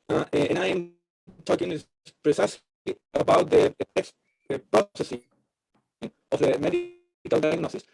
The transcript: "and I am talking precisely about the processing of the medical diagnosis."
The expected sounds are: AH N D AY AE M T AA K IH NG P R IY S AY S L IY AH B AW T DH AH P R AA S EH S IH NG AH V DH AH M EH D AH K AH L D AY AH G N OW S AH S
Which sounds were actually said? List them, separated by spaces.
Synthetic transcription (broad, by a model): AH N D AY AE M T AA K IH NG P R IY S AY S IY AH B AW T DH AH P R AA S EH S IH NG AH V DH AH M EH D AH K AH L D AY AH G N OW S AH S